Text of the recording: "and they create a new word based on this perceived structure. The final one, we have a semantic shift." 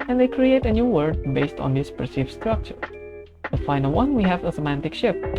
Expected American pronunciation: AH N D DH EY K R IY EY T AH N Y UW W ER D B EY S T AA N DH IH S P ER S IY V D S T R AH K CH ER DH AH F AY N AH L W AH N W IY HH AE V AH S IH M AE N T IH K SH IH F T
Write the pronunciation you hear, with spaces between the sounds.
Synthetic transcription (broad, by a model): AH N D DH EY K R IY EY T AH N Y UW W ER D B EY S T AA N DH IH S P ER S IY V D S T R AH K CH ER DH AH F AY N AH L W AH N W IY HH AE V AH S IH M AE N T IH K SH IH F